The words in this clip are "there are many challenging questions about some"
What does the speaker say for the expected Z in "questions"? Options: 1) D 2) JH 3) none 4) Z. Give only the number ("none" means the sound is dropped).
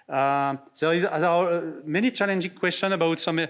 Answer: 3